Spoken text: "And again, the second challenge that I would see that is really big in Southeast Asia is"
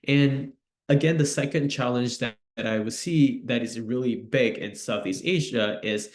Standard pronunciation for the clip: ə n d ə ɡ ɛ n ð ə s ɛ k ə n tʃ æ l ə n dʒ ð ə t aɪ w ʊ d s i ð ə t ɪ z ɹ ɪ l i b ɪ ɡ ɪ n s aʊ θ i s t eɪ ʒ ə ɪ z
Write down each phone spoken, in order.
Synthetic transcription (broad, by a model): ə n ə ɡ ɛ n ð ə s ɛ k ə n tʃ æ l ə n dʒ ð ə t aɪ w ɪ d s i ð ə t ɪ z ɹ ɪ l i b ɪ ɡ ɪ n s aʊ θ i s t eɪ ʒ ə ɪ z